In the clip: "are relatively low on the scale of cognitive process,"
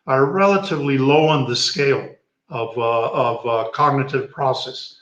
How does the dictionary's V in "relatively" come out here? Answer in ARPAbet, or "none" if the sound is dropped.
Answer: V